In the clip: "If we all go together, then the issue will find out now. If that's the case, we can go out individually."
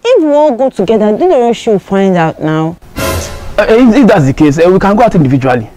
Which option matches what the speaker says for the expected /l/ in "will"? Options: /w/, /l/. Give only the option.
/w/